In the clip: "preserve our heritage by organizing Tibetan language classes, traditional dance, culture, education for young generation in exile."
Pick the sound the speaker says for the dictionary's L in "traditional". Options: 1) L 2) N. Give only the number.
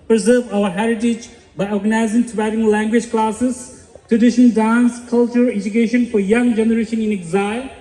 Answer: 2